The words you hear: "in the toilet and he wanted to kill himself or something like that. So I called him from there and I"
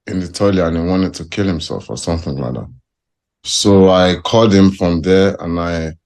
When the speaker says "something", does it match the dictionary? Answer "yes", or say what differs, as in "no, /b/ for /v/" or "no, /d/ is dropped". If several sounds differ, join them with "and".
yes